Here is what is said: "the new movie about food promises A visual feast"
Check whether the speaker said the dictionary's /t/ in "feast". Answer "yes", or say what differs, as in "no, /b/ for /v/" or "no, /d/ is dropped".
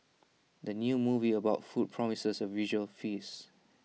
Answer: no, /t/ is dropped